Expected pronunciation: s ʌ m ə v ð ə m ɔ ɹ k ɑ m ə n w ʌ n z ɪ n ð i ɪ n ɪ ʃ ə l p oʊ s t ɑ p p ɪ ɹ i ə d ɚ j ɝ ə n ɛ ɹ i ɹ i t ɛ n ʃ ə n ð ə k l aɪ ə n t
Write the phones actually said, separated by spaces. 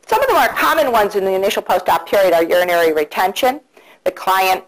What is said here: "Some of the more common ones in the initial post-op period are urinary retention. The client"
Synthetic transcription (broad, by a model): s ʌ m ə v ð ə m ɔ ɹ k ɑ m ə n w ʌ n z ɪ n ð i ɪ n ɪ ʃ l p oʊ s t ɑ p p ɪ ɹ i ə d ɚ j ɝ ə n ɛ ɹ i ɹ i t ɛ n ʃ ə n ð ə k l aɪ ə n t